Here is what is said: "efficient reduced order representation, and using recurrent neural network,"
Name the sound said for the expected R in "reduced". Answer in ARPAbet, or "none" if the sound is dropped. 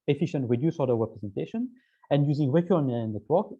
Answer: W